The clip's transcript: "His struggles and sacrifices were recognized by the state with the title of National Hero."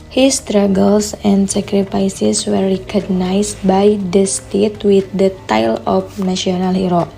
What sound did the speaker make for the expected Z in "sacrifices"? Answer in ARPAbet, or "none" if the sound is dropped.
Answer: S